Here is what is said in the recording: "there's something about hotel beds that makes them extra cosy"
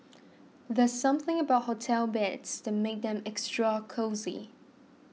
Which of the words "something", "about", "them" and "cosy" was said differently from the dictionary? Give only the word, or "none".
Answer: none